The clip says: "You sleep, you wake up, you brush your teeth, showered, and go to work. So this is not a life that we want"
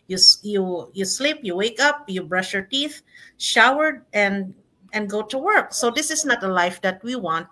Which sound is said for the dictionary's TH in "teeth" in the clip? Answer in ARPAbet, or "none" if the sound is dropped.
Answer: TH